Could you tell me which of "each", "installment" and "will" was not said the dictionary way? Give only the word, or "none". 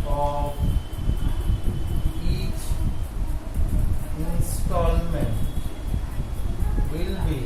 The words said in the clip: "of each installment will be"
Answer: none